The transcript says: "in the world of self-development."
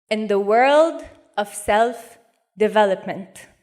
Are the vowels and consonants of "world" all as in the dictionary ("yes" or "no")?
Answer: yes